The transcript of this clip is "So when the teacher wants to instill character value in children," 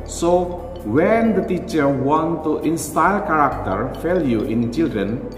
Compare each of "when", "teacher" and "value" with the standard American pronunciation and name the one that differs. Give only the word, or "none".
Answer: value